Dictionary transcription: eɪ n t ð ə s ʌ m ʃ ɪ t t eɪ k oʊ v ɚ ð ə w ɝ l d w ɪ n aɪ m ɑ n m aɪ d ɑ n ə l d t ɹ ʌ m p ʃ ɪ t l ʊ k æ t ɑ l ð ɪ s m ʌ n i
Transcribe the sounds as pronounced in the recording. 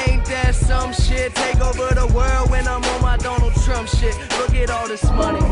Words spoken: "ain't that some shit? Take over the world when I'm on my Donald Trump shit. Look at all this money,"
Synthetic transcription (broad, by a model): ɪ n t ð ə s ʌ m ʃ ɪ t t eɪ k oʊ v ɚ ð ə w ɝ l d w ɪ n aɪ m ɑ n m aɪ d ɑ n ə l d t ɹ ʌ m p ʃ ɪ t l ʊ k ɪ t ɑ l ð ɪ s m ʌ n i